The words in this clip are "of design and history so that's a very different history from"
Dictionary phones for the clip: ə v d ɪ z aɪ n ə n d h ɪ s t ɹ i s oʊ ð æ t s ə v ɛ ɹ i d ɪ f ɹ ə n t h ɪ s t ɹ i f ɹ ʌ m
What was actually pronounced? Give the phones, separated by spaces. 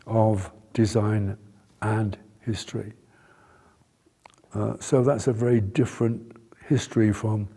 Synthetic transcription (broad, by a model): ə v d ɪ z aɪ n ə n h ɪ s t ɹ i s oʊ ð æ t s ə v ɛ ɹ i d ɪ f ɹ ə n t h ɪ s t ɹ i f ɹ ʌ m